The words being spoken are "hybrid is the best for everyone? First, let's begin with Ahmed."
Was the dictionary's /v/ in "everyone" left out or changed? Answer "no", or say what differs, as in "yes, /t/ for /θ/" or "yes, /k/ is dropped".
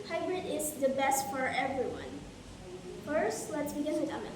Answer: no